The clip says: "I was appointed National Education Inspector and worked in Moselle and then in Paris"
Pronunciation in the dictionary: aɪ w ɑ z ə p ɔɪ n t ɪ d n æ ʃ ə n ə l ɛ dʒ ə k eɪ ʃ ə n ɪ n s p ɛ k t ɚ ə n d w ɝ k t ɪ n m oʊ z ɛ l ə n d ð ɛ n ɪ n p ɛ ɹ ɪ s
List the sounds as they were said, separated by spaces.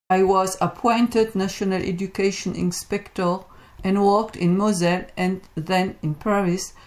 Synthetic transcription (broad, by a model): aɪ w ɑ z ə p ɔɪ n t ɪ d n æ ʃ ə n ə l ɛ dʒ ə k eɪ ʃ ə n ɪ n s p ɛ k t ɚ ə n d w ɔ k t ɪ n m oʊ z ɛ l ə n ð ɛ n ɪ n p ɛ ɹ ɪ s